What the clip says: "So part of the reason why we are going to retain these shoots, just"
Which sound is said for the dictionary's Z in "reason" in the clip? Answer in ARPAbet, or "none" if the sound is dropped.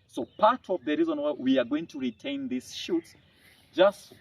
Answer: Z